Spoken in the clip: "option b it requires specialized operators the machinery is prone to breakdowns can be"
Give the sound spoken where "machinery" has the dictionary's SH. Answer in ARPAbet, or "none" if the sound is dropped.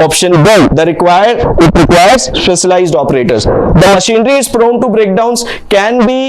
SH